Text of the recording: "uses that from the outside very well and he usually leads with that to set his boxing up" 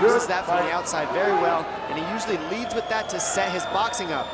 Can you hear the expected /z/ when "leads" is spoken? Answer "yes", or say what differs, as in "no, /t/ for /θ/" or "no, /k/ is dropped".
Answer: yes